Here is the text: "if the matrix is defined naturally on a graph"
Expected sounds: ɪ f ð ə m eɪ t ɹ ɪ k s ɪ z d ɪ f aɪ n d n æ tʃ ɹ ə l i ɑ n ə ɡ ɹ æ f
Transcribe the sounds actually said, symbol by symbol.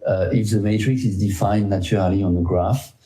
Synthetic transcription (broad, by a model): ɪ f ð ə m eɪ t ɹ ɪ k s ɪ z d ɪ f aɪ n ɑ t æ ɹ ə l i ɑ n ə ɡ ɹ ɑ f